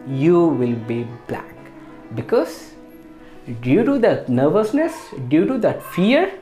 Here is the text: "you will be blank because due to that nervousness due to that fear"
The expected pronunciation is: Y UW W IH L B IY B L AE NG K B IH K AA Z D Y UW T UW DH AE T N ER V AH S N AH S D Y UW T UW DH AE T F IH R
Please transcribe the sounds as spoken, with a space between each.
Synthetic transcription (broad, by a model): Y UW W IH L B IY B L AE K B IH K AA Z D Y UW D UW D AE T N ER V AH S N AH S D Y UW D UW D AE T F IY R